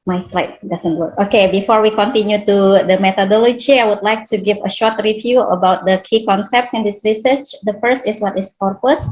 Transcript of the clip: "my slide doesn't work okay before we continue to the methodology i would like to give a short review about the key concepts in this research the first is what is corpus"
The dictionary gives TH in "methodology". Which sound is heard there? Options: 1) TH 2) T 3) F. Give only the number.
2